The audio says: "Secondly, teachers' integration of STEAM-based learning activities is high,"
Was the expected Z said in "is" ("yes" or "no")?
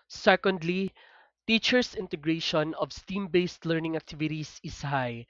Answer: no